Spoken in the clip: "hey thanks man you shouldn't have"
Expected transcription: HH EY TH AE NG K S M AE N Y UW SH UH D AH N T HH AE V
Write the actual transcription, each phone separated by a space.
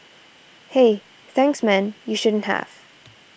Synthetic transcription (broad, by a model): HH EY TH AE NG K S M AE N Y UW SH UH D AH N T HH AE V